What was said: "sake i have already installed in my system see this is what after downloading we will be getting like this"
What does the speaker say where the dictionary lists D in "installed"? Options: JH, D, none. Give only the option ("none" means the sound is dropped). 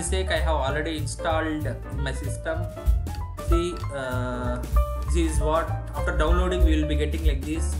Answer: D